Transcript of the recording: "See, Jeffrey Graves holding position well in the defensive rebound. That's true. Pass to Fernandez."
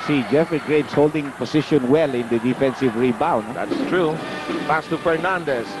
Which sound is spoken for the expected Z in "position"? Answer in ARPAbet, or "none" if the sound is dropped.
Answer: S